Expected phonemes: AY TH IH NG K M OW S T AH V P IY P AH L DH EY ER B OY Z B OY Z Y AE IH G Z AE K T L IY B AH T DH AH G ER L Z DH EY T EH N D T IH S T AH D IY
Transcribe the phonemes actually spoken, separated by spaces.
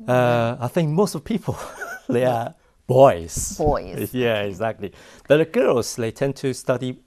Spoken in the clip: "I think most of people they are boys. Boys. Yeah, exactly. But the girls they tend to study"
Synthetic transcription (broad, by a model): AY TH IH NG K M OW S T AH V P IY P AH L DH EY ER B OY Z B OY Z Y AE IH G Z AE K T L IY B AH T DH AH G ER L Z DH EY T EH N T IH S T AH D IY